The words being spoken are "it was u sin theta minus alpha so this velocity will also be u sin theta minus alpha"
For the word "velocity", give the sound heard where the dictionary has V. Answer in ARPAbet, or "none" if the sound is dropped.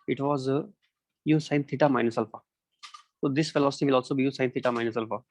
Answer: F